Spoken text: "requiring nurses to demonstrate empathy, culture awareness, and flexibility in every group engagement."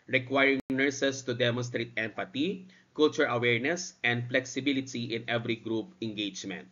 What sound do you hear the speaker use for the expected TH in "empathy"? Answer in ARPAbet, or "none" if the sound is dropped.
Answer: T